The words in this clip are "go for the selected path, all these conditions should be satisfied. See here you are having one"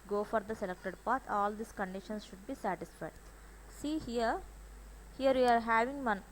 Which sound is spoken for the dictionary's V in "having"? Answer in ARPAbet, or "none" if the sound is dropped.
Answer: V